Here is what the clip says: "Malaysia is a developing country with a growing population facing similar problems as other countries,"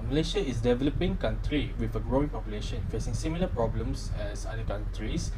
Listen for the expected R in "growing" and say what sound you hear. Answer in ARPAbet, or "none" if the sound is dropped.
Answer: R